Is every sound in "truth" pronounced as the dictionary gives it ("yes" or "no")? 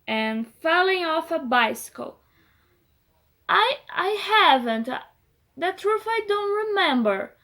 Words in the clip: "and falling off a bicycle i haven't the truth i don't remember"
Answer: no